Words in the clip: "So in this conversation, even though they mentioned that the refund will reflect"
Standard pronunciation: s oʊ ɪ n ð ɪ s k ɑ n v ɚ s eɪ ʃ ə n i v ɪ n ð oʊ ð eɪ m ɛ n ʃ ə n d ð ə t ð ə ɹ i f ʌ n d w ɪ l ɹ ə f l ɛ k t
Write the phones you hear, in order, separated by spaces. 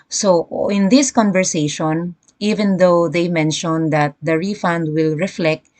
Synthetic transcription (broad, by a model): s oʊ ɪ n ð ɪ s k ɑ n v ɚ s eɪ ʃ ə n i v ɪ n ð oʊ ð eɪ m ɛ n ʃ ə n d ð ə t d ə ɹ i f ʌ n d w ɪ l ɹ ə f l ɛ k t